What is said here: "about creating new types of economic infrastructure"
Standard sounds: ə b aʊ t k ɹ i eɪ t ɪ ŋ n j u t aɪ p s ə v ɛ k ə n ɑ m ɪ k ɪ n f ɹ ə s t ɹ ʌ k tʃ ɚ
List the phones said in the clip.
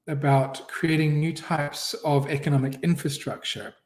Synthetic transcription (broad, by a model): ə b aʊ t k ɹ i eɪ t ɪ ŋ n j u t aɪ p s ə v ɛ k ə n ɑ m ɪ k ɪ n f ɹ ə s t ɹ ʌ k tʃ ɚ